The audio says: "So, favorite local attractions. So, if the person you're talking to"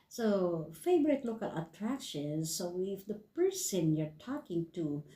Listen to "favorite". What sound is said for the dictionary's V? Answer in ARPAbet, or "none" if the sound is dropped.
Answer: B